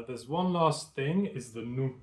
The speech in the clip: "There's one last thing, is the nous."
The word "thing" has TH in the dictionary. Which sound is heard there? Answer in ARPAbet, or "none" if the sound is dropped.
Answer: TH